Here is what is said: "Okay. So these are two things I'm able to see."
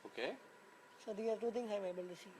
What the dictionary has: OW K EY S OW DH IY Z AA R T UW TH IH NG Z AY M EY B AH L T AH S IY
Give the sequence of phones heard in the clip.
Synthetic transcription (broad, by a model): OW K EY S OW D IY AA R T UW T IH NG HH AY M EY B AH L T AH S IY